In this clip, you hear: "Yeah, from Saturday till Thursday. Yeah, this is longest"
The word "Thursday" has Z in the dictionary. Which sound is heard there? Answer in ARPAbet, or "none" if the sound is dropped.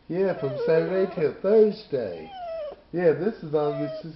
Z